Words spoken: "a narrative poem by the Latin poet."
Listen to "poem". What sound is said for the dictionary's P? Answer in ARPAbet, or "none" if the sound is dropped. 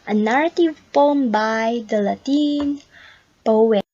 F